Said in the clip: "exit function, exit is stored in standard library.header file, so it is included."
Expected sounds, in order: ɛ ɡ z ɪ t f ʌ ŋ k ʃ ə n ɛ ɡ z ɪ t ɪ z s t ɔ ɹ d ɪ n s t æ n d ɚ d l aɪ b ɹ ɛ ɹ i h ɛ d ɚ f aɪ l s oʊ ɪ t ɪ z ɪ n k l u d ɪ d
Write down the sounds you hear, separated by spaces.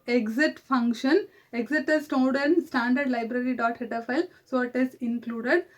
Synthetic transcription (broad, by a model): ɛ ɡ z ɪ t f ʌ ŋ k ʃ ə n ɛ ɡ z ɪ t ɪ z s t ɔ l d ɪ n s t æ n d ɚ d l aɪ b ɹ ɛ ɹ i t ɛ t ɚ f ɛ l s oʊ ɪ t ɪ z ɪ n k l u d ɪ d